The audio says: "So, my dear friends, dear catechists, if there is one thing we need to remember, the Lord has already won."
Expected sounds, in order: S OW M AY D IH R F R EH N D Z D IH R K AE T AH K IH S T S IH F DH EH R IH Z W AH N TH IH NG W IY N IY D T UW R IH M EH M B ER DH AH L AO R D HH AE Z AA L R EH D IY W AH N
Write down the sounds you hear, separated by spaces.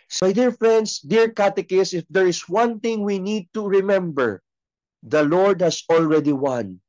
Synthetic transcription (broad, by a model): S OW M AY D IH R F R EH N D S D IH R K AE T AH K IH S S IH F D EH R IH S W AH N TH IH NG W IY N IY D T UW R IH M EH M B ER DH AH L AO R D HH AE S AA L R EH D IY W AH N